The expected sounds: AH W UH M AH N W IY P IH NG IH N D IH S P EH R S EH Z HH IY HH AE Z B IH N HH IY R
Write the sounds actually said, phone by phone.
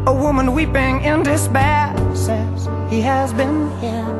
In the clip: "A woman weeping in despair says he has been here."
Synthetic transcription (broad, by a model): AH W UH M AH N W IY P IH NG IH N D IH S B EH S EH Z HH IY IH Z B IH N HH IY